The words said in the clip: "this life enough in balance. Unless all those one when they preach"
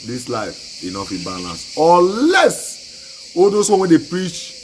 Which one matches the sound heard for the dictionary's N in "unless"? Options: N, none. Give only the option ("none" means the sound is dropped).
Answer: none